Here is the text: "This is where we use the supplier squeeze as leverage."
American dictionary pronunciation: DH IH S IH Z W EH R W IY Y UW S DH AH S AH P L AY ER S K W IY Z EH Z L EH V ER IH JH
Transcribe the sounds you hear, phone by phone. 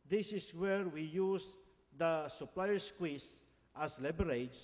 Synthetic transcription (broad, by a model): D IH S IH S W EH R W IY Y UW S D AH S AH P L AY ER S K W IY S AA S L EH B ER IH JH